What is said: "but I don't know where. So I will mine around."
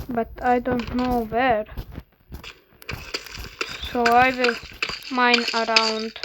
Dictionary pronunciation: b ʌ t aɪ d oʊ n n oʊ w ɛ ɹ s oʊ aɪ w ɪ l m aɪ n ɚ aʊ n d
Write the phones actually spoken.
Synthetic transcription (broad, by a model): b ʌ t aɪ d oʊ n n oʊ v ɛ ɹ s oʊ aɪ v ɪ l m aɪ n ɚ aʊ n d